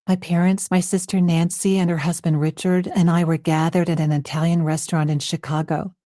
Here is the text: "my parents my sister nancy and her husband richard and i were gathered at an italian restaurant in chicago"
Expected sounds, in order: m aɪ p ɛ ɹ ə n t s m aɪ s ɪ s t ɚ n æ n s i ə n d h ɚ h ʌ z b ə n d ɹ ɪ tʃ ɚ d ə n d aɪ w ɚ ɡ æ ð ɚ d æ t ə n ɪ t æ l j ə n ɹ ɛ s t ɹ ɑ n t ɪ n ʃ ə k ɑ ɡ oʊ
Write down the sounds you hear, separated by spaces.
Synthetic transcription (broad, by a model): m aɪ p ɛ ɹ ə n t s m aɪ s ɪ s t ɚ n æ n s i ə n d h ɚ h ʌ z b ə n d ɹ ɪ tʃ ɚ d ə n aɪ w ɚ ɡ æ ð ɚ d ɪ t ə n ɪ t æ l j ə n ɹ ɛ s t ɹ ɑ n t ɪ n ʃ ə k ɑ ɡ oʊ